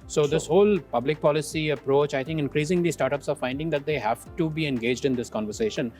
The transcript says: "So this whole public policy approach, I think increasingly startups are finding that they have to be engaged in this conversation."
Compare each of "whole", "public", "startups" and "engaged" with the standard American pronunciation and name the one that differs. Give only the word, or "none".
none